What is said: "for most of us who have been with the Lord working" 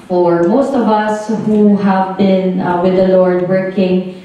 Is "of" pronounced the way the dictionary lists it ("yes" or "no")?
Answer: yes